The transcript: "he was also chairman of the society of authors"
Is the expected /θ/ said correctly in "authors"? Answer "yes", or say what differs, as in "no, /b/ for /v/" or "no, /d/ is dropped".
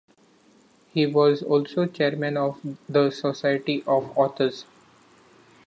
no, /t/ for /θ/